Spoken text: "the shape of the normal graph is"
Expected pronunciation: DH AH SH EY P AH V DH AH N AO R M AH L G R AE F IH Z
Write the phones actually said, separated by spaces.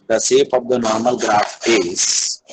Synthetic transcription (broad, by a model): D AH S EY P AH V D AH N AO R M AH L G R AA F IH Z